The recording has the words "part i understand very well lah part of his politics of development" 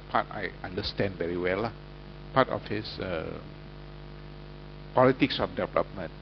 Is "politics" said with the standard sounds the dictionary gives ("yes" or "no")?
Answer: yes